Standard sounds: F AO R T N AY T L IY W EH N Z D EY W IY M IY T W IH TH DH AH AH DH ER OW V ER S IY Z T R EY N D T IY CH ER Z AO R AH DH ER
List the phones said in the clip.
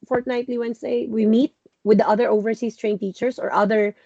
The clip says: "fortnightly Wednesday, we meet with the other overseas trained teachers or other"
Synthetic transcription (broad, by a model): F AO R T N AY T L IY W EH N S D EY W IY M IY T W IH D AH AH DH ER OW V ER S IY S T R EY N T IY CH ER S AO R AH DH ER